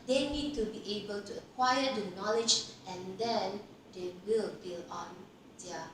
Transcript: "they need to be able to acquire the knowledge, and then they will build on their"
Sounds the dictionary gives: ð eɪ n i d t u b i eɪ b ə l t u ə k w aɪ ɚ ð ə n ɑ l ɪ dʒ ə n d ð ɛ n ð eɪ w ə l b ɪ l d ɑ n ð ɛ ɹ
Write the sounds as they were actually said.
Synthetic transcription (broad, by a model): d eɪ n i d t u b i eɪ b ə l t u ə k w aɪ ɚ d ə n ɑ l ɪ dʒ ə n d ɛ n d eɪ w ə l b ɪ l ɑ n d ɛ